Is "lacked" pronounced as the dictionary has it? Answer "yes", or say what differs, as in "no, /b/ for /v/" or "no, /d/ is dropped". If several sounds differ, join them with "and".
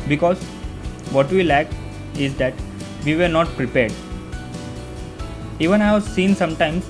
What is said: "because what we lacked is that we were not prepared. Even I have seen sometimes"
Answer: no, /t/ is dropped